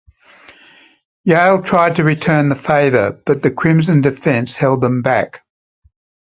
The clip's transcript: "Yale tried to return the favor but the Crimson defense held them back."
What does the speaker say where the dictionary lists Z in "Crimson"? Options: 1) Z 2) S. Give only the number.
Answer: 1